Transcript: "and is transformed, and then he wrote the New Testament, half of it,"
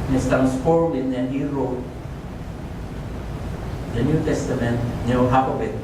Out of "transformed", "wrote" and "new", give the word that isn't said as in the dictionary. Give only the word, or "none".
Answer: transformed